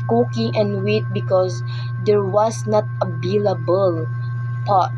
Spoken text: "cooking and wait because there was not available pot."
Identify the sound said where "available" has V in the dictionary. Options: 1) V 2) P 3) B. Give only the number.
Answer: 3